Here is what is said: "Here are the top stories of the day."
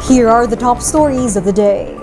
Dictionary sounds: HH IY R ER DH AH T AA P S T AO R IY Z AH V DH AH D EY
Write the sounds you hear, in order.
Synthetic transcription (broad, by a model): HH IY R ER DH AH T AA P S T AO R IY Z AH V DH AH D EY